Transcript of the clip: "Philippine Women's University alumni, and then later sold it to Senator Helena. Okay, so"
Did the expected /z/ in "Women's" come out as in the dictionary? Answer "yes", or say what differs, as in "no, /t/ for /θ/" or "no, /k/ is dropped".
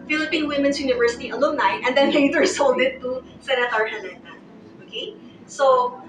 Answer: no, /s/ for /z/